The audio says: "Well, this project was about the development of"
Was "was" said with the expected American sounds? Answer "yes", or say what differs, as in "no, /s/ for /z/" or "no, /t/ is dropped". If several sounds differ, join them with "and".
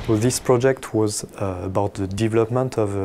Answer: yes